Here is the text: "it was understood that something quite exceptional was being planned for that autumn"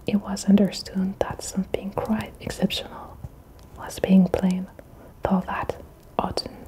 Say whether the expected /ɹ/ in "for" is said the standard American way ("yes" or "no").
no